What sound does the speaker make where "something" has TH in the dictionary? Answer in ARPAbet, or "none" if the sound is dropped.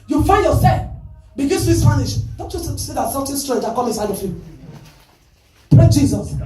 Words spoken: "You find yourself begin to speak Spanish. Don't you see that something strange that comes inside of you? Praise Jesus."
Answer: T